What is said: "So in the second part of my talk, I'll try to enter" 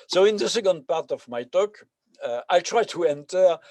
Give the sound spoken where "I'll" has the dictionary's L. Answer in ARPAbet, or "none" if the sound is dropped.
L